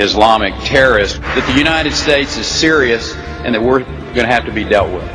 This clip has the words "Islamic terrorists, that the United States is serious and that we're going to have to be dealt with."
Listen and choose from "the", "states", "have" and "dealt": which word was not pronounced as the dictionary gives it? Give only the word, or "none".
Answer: have